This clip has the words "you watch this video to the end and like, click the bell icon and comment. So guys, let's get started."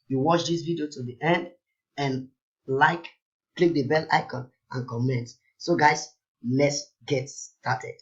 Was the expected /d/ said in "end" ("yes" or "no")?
yes